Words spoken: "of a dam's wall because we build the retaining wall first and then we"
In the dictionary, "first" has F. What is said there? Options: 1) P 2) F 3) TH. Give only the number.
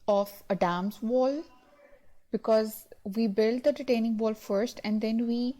2